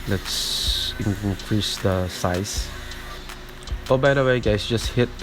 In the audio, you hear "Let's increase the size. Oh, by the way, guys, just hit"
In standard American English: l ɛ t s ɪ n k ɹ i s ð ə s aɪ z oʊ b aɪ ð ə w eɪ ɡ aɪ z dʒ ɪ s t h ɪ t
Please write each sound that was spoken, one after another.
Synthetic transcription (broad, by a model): l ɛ t s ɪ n k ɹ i s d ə s aɪ s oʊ b aɪ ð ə w eɪ ɡ aɪ s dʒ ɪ s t h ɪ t